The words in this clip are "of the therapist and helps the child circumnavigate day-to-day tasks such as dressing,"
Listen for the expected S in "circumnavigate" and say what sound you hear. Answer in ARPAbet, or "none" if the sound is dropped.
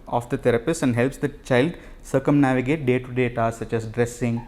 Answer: S